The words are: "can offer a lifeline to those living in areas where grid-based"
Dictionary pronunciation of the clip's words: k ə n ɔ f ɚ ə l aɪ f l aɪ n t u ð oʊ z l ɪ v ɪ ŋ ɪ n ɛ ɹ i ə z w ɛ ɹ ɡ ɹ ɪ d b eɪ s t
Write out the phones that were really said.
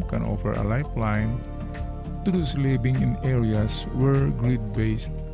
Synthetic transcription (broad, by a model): k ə n ɔ f ɚ ə l aɪ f l aɪ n t u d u s l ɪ b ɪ ŋ ɪ n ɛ ɹ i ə s w ɛ ɹ ɡ ɹ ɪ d b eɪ s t